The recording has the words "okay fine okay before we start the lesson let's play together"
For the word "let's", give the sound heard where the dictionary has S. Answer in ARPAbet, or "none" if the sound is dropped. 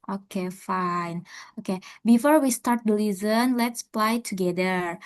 S